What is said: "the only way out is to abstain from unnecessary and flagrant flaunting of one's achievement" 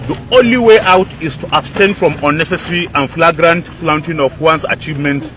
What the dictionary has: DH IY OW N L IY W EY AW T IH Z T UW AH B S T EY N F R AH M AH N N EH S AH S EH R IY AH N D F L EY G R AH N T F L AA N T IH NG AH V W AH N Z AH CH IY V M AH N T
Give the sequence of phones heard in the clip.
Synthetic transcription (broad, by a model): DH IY OW N L IY W EY AW T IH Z T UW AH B S T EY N F R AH M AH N N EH S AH S R IY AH N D F L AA G R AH N T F L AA N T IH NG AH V W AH N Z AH CH IY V M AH N T